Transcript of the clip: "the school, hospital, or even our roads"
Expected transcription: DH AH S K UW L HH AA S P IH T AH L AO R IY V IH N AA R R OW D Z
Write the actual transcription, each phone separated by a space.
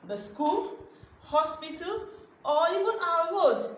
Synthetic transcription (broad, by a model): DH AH S K UW L HH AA S P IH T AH L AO L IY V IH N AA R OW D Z